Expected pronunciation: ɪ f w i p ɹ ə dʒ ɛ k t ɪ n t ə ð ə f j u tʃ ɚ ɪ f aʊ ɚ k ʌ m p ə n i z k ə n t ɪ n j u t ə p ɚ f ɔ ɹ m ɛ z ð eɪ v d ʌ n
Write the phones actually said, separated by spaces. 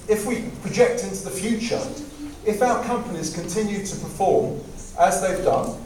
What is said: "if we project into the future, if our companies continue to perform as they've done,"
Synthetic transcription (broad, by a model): ɪ f w i p ɹ ə dʒ ɛ k t ɪ n t ə ð ə f j u tʃ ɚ ɪ f aʊ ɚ k ʌ m p ə n i z k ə n t ɪ n j u t ə p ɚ f ɔ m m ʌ z ð eɪ v d ʌ n